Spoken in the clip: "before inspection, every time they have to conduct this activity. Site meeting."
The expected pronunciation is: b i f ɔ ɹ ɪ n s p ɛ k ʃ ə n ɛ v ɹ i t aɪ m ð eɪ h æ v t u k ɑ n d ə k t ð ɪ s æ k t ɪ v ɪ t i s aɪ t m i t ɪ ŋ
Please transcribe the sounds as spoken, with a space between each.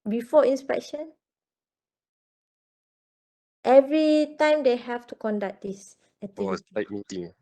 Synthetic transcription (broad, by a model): b i f ɔ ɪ n s p ɛ k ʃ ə n ɛ v ɹ i t aɪ m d eɪ h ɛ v t u k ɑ n d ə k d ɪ s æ t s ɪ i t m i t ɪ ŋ